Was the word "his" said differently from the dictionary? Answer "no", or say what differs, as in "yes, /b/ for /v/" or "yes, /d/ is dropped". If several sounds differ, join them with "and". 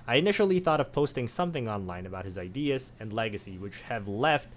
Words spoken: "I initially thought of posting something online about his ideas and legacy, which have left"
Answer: no